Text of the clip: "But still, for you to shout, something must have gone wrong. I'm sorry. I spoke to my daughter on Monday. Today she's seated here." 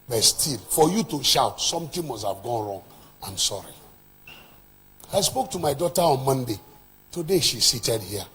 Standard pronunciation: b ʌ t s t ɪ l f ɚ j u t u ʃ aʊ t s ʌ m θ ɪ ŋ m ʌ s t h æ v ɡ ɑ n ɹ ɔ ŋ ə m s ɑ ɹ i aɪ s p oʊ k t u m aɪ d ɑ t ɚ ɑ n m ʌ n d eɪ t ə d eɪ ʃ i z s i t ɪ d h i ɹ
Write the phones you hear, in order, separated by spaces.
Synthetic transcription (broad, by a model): b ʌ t s t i l f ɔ j u t u ʃ aʊ t s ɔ m t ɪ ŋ m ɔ s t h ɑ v ɡ ɑ n ɹ ɔ ŋ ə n s ɑ ɹ i aɪ s p oʊ k t u m aɪ d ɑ t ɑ ɑ n m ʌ n d eɪ t ə d eɪ ʃ i s i t ɪ d h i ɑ